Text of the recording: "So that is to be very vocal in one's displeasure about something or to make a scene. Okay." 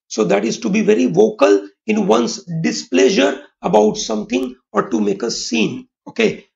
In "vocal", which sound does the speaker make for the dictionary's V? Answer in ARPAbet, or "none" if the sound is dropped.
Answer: V